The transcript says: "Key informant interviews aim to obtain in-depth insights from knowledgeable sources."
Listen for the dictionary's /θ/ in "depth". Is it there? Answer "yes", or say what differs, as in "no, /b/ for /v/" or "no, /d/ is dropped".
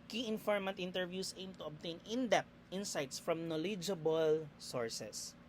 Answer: no, /t/ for /θ/